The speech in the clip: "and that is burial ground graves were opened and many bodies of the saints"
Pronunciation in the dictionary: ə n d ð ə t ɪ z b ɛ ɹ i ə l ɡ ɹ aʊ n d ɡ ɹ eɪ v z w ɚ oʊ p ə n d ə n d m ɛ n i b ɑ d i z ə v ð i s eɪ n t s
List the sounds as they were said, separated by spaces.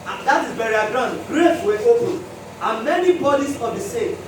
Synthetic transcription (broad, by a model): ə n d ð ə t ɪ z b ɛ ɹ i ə ɡ ɹ aʊ n d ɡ ɹ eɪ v w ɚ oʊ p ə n ə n m ɛ n i b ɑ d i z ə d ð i s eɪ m